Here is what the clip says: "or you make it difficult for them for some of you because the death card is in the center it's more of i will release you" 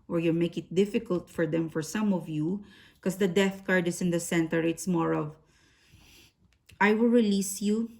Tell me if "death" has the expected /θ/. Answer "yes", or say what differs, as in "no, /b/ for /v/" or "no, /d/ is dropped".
yes